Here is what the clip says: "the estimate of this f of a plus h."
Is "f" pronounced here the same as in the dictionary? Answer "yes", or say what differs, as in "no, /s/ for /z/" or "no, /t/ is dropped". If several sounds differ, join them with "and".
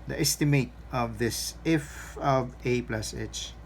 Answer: yes